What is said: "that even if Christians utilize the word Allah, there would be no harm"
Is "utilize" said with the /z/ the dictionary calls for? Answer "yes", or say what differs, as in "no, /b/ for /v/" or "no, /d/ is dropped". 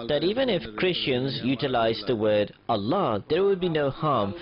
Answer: yes